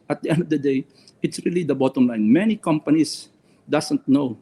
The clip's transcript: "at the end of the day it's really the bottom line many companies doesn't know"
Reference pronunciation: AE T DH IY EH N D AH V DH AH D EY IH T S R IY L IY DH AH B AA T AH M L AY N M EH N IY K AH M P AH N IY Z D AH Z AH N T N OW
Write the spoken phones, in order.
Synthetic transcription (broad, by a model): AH T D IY EH N D AH V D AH D EY IH T S R IY L IY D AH B AA T AH M L AY N M EH N IY K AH M P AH N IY S D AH S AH N T N OW